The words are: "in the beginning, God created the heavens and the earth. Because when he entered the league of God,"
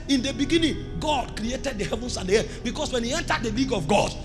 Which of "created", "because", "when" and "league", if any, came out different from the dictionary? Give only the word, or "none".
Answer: because